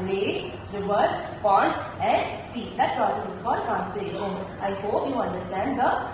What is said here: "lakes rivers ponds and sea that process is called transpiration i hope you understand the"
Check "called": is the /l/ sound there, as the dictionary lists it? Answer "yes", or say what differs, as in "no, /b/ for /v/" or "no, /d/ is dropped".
no, /l/ is dropped